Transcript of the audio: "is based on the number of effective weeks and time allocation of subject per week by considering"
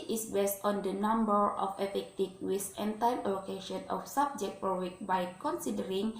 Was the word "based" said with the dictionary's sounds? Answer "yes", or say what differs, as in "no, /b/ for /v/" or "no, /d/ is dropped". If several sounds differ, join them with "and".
yes